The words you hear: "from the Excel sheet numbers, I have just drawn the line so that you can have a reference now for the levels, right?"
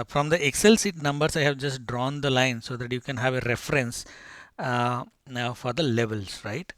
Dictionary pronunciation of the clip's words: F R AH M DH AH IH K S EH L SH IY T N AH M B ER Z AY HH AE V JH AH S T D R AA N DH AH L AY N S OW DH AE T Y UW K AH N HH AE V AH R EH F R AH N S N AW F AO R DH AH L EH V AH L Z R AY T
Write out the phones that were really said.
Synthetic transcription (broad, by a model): F R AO M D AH IH K S EH L S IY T N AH M B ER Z AY HH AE V JH AH S T D R AA N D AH L AY N S OW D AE T Y UW K AH N HH AE V AH R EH F R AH N S N AW F AO R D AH L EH V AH L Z R AY T